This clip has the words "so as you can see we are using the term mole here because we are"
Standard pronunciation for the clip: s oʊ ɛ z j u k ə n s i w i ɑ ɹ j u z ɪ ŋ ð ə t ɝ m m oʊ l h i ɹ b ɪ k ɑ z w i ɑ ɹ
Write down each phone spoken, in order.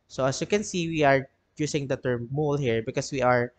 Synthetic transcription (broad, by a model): s oʊ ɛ s j u k ə n s i w i ɑ ɹ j u s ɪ ŋ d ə t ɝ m m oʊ l h i ɹ b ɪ k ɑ s w i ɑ ɹ